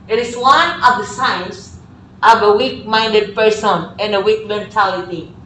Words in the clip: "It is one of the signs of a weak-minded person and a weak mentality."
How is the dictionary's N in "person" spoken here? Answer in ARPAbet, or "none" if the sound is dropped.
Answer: N